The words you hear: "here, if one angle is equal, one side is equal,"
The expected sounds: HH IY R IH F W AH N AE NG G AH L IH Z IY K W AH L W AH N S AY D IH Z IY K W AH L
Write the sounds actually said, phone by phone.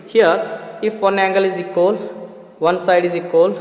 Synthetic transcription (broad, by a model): HH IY R IH F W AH N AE NG G AH L IH Z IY K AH L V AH N S AY D IH Z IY K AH L